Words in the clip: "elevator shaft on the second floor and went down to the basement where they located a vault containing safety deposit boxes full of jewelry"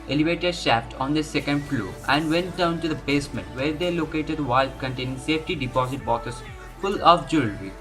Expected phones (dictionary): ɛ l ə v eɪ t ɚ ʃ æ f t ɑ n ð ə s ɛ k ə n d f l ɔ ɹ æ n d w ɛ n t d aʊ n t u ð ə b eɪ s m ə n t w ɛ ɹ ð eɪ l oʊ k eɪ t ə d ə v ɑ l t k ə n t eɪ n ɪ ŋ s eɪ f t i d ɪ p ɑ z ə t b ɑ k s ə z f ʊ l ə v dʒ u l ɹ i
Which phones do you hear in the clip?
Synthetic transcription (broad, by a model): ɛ l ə v eɪ t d ʃ æ f t ɑ n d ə s ɛ k ə n d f l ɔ æ n d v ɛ n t d aʊ n t u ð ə b eɪ s m ə n t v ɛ ɹ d eɪ l oʊ k eɪ t ə d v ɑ l k ə n t eɪ n ɪ ŋ s eɪ f t i d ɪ p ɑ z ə t b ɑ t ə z f ʊ l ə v dʒ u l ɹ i